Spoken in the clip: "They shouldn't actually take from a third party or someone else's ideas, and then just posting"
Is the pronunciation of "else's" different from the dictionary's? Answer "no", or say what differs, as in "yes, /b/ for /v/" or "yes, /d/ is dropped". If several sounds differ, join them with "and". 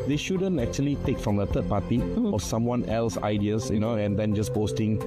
yes, /z/ is dropped